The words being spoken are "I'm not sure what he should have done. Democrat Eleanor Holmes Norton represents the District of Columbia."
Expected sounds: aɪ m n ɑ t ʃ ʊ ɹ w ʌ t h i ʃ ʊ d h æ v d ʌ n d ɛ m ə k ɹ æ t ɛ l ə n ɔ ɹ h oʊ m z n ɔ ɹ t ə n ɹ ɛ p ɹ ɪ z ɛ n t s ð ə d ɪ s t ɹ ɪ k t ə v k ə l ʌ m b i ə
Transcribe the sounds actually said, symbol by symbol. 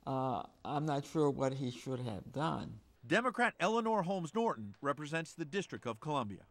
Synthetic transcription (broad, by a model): aɪ m n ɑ t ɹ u w ʌ t h i ʃ ʊ d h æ v d ʌ n d ɛ m ə k ɹ æ t ɛ l ə n ɔ ɹ h oʊ m z n ɔ ɹ t n ɹ ɛ p ɹ ɪ z ɛ n t s ð ə d ɪ s t ɹ ɪ k t ə v k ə l ʌ m b i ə